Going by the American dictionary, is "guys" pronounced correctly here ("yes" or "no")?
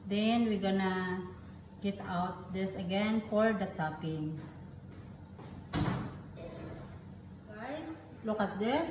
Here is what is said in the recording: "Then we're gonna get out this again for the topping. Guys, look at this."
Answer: no